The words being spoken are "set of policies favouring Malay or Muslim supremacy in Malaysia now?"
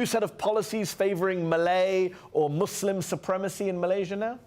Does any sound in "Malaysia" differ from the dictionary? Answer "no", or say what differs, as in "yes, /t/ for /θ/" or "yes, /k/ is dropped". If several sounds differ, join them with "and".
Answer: no